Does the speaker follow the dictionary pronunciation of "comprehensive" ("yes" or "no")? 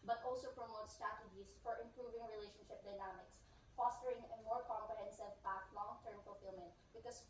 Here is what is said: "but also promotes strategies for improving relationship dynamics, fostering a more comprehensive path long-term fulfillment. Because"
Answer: no